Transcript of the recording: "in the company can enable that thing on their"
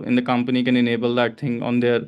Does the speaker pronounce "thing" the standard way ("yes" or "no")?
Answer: no